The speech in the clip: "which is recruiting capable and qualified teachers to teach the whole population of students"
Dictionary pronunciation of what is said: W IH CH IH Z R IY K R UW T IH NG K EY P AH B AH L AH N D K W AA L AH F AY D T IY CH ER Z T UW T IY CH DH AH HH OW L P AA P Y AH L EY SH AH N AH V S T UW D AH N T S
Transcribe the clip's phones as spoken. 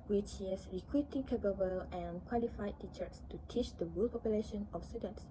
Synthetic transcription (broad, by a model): W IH CH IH S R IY K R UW T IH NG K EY B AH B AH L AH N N K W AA L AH F AY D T IY CH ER S T UW T IY CH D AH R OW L P AA P Y AH L EY SH AH N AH F S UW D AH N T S